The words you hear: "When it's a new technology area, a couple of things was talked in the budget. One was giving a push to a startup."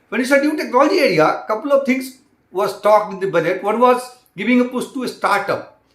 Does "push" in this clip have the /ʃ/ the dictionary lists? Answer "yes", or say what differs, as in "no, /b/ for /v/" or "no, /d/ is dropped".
no, /s/ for /ʃ/